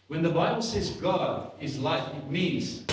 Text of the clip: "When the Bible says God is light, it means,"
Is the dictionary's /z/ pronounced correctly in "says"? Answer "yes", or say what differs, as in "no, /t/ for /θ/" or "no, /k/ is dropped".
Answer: yes